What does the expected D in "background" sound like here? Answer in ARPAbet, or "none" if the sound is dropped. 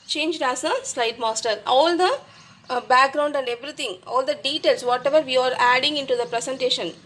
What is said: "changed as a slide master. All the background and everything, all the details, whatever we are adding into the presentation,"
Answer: D